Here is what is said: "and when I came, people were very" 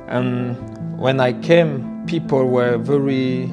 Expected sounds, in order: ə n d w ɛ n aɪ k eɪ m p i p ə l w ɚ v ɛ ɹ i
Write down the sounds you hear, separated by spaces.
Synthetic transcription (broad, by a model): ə n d w ɛ n aɪ k eɪ m p i p ə l w ɚ v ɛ ɹ i